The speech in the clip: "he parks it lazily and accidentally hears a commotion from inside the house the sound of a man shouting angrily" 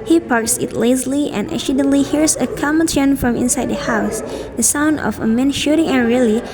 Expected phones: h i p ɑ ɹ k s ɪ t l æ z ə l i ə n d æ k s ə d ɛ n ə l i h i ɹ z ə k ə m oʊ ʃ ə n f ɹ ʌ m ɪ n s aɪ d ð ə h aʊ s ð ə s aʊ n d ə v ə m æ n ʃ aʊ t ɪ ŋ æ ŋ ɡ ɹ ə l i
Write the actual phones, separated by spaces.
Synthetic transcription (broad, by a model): h i p ɑ ɹ k s ɪ t l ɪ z l i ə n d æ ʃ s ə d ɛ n l i h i ɹ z ə k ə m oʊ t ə n f ɹ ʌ m ɪ n s aɪ d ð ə h aʊ s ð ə s aʊ n d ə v ə m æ n ʃ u t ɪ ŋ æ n ɹ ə l i